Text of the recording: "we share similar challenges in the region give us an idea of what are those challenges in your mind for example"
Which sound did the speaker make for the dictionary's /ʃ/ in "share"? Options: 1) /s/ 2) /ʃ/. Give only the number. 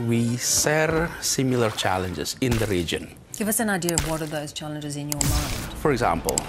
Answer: 1